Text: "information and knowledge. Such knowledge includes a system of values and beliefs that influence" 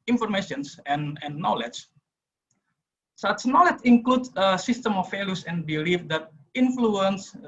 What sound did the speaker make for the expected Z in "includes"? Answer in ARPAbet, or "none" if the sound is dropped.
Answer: none